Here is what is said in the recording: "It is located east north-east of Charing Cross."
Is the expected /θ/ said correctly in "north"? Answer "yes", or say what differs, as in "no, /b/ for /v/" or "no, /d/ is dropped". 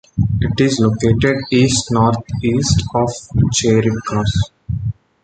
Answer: no, /t/ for /θ/